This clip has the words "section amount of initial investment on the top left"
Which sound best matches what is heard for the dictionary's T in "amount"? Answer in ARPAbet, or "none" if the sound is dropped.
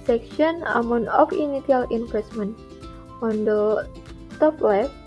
none